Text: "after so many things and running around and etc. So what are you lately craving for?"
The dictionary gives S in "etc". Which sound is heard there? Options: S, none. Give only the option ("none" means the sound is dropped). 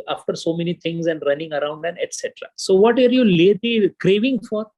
S